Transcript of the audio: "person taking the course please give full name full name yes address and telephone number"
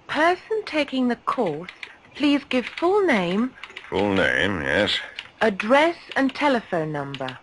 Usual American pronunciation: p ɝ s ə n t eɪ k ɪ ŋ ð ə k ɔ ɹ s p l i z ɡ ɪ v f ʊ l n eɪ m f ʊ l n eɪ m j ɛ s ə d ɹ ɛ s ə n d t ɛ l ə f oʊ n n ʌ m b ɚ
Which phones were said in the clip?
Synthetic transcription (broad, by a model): p ɝ s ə n t eɪ k ɪ ŋ ð ə k ɔ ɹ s p l i z ɡ ɪ v f ʊ l n eɪ m f ʊ l n eɪ m j ɛ s ə d ɹ ɛ s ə n t ɛ l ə f oʊ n n ʌ m b ɚ